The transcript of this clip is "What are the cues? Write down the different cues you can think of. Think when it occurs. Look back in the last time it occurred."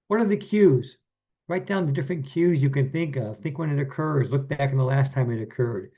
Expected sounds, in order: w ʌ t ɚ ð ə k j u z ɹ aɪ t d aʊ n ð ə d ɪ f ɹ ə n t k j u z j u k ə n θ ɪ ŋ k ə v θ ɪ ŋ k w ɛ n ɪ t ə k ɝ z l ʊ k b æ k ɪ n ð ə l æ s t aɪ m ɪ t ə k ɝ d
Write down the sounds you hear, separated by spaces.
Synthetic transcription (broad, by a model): w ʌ t ɚ ð ə k j u z ɹ aɪ t d aʊ n ð ə d ɪ f ɹ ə n k j u z j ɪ k ə n θ ɪ ŋ k ə v θ ɪ ŋ k w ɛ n ɪ t ə k ɝ z l ʊ k b æ k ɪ n ð ə l æ s t aɪ m ɪ t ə k ɝ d